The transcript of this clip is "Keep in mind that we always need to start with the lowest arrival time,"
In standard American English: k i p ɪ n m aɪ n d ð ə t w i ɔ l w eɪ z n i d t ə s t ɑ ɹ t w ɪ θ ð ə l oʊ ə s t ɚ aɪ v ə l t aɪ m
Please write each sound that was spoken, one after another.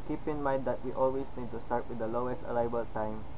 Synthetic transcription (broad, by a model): k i p ɪ n m aɪ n d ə t w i ɔ l w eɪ s n i d t ə s t ɑ ɹ t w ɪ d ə l oʊ ə s t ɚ aɪ b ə l t aɪ m